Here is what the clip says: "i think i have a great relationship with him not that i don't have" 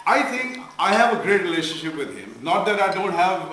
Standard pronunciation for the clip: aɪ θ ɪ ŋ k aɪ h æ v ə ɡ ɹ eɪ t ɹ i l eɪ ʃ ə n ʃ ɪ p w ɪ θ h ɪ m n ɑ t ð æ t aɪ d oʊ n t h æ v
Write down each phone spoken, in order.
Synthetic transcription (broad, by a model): aɪ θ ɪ ŋ k aɪ h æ v ə ɡ ɹ eɪ t ɹ i l eɪ ʃ ə n ʃ ɪ p w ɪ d h ɪ m n ɑ t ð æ t aɪ d oʊ n t h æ v